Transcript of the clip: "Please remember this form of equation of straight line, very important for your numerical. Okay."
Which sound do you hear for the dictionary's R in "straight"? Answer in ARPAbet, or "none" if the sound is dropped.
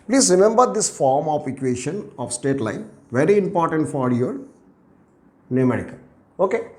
none